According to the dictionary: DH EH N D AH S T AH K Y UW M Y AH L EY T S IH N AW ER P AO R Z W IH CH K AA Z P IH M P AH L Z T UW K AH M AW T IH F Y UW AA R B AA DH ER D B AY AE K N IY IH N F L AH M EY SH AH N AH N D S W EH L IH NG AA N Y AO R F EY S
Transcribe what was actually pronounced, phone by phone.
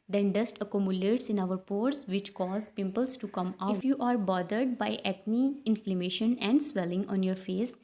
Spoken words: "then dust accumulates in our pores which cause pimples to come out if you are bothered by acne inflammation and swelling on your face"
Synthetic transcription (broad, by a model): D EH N D AH S T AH K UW M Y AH L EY T S IH N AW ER P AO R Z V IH CH K AA Z P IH M P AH L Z T UW K AH M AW IH F Y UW AA R B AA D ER D B AY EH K N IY IH N F L AH M EY SH AH N AH N D S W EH L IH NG AA N Y AO R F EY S